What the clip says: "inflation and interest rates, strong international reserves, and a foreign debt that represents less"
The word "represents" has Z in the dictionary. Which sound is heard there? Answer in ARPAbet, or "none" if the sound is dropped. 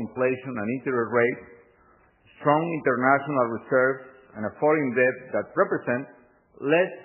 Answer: S